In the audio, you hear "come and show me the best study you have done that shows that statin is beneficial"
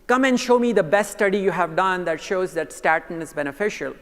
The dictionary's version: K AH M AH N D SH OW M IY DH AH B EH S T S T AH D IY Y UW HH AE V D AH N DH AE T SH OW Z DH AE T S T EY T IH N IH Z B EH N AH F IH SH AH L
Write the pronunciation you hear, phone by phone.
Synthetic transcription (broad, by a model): K AH M AH N D SH OW M IY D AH B EH S T S T AH D IY Y UW HH AE V D AH N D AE T SH OW Z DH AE T S T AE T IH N IH Z B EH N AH F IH SH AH L